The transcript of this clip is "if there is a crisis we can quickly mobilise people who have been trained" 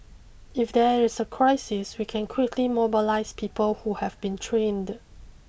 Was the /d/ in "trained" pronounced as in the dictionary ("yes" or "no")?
yes